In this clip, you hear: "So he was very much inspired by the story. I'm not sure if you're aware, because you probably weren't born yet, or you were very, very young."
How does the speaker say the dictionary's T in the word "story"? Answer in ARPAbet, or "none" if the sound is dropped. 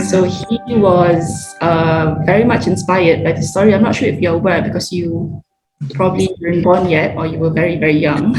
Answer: S